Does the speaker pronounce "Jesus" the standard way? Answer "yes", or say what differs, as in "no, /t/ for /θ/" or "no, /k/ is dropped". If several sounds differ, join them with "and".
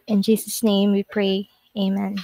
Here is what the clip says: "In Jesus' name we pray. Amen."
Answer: yes